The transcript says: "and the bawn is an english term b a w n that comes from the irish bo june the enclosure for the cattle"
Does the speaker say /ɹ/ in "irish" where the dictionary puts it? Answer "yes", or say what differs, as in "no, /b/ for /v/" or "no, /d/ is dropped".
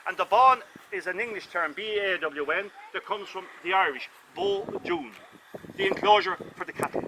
yes